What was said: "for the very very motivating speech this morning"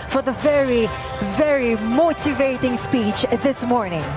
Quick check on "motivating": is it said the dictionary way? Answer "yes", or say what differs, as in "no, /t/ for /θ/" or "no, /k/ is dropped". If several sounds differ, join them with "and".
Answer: yes